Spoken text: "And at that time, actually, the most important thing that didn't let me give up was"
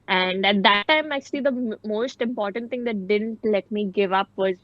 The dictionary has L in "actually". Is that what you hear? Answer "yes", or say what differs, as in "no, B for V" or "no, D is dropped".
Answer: yes